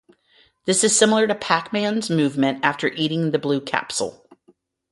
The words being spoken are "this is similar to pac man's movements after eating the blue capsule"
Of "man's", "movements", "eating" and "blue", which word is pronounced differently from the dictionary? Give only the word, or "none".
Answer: movements